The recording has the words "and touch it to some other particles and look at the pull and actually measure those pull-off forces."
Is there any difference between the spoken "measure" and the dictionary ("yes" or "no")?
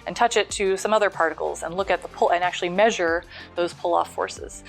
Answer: no